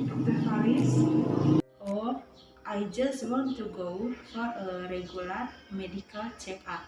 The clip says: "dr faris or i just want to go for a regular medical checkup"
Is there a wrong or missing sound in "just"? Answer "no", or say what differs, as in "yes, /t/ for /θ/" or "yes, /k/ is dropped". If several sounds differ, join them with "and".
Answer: no